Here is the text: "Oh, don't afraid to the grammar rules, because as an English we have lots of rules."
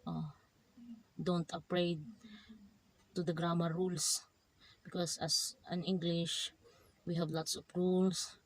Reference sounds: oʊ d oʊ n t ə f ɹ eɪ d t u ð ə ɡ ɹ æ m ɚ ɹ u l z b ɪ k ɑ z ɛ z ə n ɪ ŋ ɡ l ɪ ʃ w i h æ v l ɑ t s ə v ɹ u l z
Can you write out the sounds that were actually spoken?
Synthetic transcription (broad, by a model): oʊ d oʊ n t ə p ɹ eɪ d t u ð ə ɡ ɹ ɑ m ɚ ɹ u l s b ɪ k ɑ s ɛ s ə n ɪ ŋ ɡ l ɪ ʃ w i h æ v l ɑ t s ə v ɹ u l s